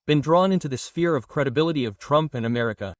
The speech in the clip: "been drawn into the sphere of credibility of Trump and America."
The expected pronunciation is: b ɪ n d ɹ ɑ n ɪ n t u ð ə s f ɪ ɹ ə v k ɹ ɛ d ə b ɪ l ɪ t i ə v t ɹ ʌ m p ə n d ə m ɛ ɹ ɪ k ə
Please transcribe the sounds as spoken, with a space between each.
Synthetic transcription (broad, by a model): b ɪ n d ɹ ɑ n ɪ n t u ð ə s f ɪ ɹ ə v k ɹ ɛ d ə b ɪ l ɪ t i ə v t ɹ ʌ m p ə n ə m ɛ ɹ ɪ k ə